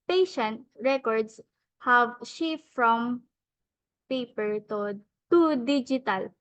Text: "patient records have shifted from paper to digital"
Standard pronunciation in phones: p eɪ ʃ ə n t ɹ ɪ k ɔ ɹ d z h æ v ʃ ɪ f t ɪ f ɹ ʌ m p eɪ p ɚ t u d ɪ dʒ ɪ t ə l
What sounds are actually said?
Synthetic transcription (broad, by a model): p eɪ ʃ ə n t ɹ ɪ k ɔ ɹ d s h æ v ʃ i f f ɹ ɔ m p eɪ p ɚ t u d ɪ dʒ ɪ t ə l